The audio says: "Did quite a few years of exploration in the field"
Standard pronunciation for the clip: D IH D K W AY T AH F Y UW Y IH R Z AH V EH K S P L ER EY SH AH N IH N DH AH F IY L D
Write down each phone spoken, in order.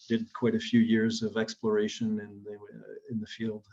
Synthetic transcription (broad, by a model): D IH D K W AY T AH F Y UW Y IH R Z AH V EH K S P L ER EY SH AH N IH N DH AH F IY L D